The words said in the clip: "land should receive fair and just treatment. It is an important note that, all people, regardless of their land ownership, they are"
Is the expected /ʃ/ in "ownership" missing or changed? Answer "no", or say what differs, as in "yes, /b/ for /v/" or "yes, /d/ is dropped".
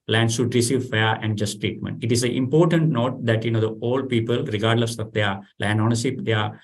yes, /s/ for /ʃ/